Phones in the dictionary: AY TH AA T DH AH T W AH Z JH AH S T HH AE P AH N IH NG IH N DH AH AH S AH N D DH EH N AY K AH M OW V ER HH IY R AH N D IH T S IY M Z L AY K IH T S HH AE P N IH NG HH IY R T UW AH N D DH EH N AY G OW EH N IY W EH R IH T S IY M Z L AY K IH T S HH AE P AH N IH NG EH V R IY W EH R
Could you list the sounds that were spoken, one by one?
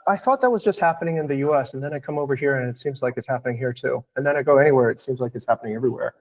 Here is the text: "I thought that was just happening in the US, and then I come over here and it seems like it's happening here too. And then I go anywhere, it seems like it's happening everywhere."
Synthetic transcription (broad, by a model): AY TH AA T DH AH T W AH Z JH AH S T HH AE P AH N IH NG IH N DH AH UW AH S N DH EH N AY K AH M OW V ER HH IY R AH N IH T S IY M Z L AY K IH T S HH AE P N IH NG HH IY R T UW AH N DH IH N AY G OW EH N IY W EH R IH T S IY M Z L AY K IH T S HH AE P AH N IH NG EH V R IY W EH R